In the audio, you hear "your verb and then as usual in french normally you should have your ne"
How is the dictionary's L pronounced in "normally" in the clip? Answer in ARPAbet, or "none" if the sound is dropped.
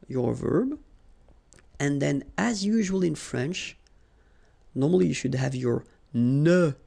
L